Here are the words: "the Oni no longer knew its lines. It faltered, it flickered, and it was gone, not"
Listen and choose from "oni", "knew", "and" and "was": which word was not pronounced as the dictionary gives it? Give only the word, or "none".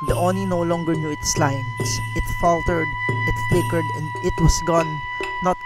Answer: was